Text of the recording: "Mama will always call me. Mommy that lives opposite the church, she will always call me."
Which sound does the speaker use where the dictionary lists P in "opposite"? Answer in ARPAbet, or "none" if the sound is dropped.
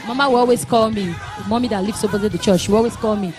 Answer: B